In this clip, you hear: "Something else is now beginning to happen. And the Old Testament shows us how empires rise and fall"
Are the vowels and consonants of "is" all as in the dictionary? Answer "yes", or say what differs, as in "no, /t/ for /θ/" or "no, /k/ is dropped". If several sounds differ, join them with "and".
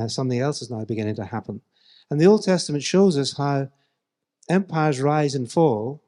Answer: yes